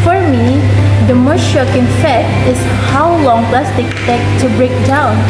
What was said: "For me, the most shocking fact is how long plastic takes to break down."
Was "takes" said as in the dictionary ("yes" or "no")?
no